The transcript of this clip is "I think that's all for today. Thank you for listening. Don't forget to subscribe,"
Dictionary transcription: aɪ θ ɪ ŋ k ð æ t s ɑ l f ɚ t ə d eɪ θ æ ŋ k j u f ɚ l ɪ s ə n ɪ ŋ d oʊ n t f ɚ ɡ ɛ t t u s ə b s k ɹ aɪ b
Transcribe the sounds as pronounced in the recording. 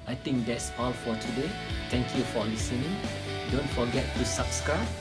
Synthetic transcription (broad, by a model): aɪ t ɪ ŋ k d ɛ t s ɑ l f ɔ t ə d eɪ t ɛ ŋ k j u f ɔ l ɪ s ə n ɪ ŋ d oʊ n t f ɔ ɡ ɛ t t u s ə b s k ɹ aɪ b